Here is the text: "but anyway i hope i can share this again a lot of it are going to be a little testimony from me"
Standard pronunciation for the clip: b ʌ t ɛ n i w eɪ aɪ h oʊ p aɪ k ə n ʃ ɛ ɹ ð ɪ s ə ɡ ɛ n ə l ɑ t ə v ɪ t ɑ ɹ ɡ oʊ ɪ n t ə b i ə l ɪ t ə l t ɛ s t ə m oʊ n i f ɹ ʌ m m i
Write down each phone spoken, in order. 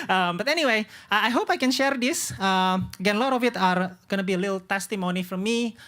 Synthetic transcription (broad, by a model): b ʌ t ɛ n i w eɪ aɪ h oʊ p aɪ k ə n ʃ ɛ ɹ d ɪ s ə ɡ ɛ n l ɑ t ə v ɪ t ɑ ɹ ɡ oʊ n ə b i ə l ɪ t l t ɛ s t ə m oʊ n i f ɹ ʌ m m i